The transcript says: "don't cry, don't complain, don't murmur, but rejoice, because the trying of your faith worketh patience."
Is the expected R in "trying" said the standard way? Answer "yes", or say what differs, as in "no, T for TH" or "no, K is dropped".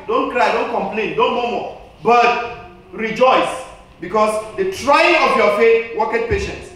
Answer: yes